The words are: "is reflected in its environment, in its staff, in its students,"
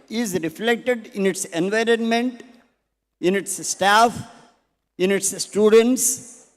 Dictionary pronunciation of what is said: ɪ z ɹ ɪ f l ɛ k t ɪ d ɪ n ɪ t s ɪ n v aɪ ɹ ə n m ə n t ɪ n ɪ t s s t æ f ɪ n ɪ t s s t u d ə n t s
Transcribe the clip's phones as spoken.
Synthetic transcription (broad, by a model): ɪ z ɹ ɪ f l ɛ k t ɪ d ɪ n ɪ t s ɪ n v aɪ ɹ ə n m ə n t ɪ n ɪ t s s t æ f ɪ n ɪ t s s t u d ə n t s